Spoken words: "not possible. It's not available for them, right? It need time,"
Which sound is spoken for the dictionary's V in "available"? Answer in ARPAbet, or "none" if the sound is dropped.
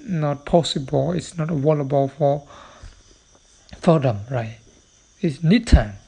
W